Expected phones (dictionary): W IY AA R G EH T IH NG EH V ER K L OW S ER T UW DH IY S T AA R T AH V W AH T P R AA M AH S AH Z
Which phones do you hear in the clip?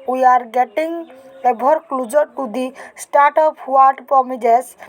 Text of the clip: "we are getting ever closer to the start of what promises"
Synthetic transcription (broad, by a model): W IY AA R G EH T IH NG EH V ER K L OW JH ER T UW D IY S T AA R T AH P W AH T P R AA M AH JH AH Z